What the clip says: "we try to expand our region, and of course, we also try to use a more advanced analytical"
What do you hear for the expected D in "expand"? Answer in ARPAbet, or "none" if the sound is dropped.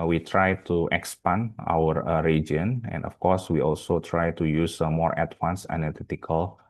none